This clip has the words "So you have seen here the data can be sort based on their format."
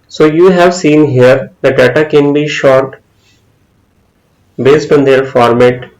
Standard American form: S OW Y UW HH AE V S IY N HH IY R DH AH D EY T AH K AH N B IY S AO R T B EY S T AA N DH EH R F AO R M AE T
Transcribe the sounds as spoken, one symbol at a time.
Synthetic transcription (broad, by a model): S OW Y UW HH AE V S IY N HH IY R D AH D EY T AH K AH N B IY SH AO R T B EY S T AA N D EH R F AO R M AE T